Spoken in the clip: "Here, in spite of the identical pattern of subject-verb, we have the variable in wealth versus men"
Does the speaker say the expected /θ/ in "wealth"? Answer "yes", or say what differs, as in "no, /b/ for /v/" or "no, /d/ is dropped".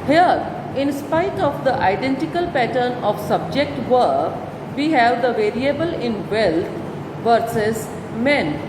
no, /t/ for /θ/